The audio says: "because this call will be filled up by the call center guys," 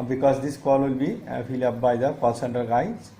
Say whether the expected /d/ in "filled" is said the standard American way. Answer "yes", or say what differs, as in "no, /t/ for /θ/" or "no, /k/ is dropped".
no, /d/ is dropped